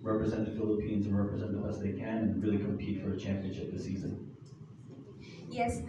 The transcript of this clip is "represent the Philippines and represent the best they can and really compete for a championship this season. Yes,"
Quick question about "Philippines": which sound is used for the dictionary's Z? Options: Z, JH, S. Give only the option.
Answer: Z